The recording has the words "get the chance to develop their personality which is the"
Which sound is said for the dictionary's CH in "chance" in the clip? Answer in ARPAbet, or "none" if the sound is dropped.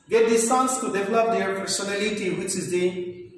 S